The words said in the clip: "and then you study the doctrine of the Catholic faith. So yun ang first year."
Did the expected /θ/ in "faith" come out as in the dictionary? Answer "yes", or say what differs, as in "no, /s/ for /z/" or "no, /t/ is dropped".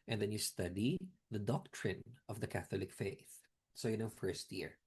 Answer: yes